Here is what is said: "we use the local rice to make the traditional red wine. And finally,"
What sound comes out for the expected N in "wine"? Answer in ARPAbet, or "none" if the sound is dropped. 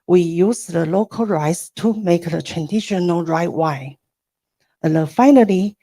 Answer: none